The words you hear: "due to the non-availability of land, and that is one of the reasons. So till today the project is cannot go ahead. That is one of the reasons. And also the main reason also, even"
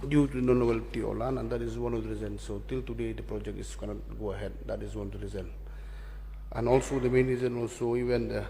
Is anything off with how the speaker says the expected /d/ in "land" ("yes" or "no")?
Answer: yes